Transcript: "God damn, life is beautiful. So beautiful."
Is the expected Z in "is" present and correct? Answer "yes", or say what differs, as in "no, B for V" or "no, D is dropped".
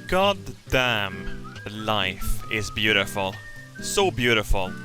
yes